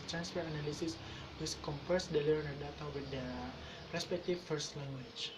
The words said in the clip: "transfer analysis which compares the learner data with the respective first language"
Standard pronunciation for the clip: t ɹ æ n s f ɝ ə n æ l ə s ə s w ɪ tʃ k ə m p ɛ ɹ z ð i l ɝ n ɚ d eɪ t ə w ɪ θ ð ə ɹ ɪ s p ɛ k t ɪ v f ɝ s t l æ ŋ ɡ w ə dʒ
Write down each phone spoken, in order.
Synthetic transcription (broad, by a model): t ɹ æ n s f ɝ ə n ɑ l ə s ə s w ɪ s k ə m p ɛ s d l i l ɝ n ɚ d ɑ t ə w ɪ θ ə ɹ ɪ s p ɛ k t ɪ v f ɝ s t l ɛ ŋ ɡ w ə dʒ